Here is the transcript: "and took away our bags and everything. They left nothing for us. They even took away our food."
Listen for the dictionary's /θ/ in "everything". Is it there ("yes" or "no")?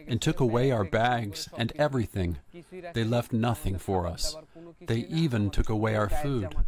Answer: yes